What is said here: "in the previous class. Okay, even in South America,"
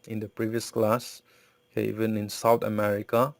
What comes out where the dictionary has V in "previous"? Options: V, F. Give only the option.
V